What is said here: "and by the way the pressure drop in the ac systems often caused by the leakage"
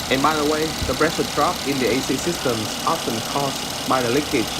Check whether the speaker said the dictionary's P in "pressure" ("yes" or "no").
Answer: no